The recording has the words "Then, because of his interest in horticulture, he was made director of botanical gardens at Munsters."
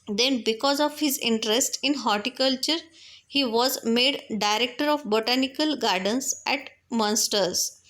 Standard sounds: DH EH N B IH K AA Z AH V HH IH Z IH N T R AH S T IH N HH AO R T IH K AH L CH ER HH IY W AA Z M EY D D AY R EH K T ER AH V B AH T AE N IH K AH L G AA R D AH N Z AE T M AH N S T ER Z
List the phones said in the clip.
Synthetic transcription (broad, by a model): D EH N B IH K AA Z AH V HH IH Z IH N T R AH S T IH N HH AO R T IH K AH L CH ER HH IY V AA Z M EY D D AY R EH K T ER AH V B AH T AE N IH K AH L G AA R D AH N S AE T M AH N S T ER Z